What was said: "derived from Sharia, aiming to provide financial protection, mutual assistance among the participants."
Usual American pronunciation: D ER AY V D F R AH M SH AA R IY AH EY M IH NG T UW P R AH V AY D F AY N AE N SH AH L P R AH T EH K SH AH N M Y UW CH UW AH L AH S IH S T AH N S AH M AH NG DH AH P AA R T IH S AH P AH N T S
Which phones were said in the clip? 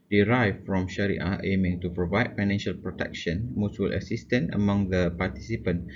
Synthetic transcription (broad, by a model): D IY AY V F R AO M SH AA R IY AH EY M IH NG T UW P R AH V AY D F AY N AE N SH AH L P R AH T EH K SH AH N M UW S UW L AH S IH S T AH N AH M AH NG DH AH P AA T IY S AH P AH N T